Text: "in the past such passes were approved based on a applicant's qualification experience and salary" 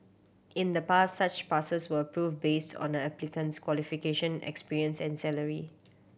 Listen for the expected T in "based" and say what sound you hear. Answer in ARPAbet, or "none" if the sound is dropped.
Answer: T